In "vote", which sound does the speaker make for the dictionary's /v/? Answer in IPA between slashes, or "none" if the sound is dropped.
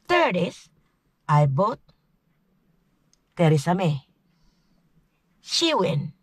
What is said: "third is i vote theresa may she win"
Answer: /b/